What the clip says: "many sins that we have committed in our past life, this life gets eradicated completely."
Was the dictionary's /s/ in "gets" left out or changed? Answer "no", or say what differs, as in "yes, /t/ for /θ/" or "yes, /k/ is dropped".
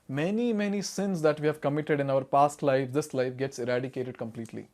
no